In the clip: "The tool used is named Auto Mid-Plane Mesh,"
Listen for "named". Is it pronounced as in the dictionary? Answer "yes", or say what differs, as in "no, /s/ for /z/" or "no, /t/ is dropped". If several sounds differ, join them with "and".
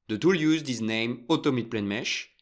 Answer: no, /d/ is dropped